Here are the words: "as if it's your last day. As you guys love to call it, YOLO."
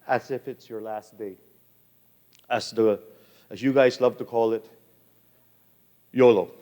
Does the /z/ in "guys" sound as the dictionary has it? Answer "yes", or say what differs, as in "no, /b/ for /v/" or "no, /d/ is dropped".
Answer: yes